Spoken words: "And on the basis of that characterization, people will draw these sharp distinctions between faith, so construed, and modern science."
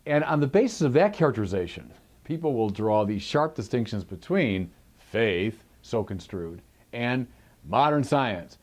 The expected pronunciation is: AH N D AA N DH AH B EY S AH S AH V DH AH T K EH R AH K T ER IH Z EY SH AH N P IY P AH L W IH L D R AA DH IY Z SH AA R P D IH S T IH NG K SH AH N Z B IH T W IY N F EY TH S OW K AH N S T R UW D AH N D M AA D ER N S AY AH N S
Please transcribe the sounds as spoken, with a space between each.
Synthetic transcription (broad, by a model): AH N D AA N DH AH B EY S AH S AH V DH AH T K EH R AH K T ER IH Z EY SH AH N P IY P L W IH L D R AA DH IY Z SH AA R P D IH S T IH NG K SH AH N Z B IH T W IY N F EY TH S OW K AH N S T R UW D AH N M AA D ER N S AY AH N S